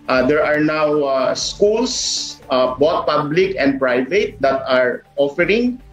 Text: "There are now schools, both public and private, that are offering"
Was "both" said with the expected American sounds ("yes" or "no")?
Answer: no